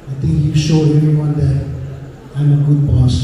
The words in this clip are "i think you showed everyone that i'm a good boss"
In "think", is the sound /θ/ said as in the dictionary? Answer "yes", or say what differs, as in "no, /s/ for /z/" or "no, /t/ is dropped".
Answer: no, /t/ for /θ/